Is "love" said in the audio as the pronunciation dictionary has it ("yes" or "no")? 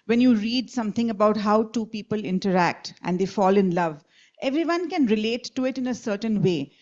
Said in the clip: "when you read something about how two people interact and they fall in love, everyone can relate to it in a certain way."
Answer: yes